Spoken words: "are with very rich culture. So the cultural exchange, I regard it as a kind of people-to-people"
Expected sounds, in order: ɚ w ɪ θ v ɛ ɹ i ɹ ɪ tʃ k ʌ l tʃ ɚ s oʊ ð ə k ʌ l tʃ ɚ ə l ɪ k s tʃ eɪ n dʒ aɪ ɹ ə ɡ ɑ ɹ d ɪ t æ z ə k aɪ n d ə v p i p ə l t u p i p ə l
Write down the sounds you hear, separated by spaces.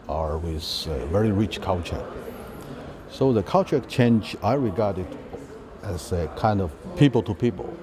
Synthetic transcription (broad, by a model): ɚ w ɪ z v ɛ ɹ i ɹ ɪ tʃ k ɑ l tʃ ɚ s oʊ ð ə k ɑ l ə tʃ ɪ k tʃ eɪ n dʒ aɪ ɹ ə ɡ ɑ ɹ d ɪ t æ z ə k aɪ n d ə v p i p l t u p i p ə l